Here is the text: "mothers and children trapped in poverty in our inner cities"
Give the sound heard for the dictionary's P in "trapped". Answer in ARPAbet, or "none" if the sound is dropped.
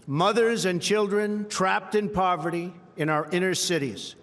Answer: P